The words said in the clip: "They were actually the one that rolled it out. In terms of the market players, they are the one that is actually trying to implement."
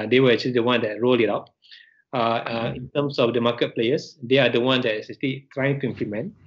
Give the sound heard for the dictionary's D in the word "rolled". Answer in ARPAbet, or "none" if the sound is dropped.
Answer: none